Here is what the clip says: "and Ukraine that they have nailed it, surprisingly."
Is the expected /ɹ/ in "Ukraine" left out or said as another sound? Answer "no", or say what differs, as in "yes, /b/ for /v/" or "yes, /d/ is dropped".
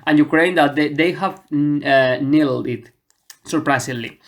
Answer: no